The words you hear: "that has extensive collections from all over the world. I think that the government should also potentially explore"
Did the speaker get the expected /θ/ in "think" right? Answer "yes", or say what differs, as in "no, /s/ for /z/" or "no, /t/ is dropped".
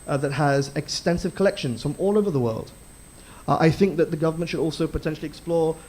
yes